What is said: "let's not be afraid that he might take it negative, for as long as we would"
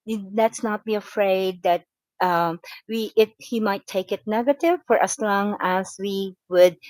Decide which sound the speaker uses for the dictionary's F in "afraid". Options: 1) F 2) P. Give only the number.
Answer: 1